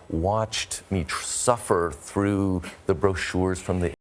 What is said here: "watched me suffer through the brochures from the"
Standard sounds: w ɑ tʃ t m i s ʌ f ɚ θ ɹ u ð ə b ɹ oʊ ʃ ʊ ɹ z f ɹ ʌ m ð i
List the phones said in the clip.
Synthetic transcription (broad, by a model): w ɑ tʃ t m i s ʌ f ɚ θ ɹ u ð ə b ɹ oʊ ʃ ʊ ɹ z f ɹ ʌ m ð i